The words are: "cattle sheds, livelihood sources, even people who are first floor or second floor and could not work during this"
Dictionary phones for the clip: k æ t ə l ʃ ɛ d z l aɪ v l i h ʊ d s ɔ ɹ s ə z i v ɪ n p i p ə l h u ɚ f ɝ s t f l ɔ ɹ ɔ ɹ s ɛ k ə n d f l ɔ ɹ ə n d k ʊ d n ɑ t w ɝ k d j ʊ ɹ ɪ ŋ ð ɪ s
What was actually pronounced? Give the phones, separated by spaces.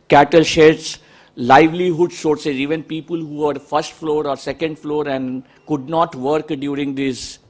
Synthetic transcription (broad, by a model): k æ t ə l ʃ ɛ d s l aɪ v l i h ʊ d s ɔ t s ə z i v ɪ n p i p ə l h u ɚ f ɝ s t f l ɔ ɹ ɔ ɹ s ɛ k ə n d f l ɔ ɹ ə n d k ʊ d n ɑ t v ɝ k d j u ɹ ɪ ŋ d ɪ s